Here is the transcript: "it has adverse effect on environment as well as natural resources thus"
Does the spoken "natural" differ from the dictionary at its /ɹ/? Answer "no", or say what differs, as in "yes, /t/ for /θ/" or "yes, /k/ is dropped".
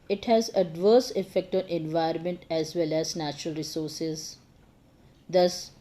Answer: no